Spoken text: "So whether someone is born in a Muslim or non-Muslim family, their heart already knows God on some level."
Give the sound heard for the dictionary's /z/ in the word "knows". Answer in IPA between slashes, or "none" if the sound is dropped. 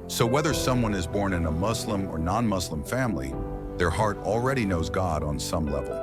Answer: /z/